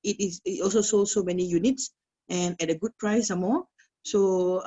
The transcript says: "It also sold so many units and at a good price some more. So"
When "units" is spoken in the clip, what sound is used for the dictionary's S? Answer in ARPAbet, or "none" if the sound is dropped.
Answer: S